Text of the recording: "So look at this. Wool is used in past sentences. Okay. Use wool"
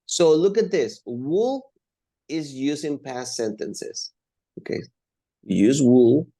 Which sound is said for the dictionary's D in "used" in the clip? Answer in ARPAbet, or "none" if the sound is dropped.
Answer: none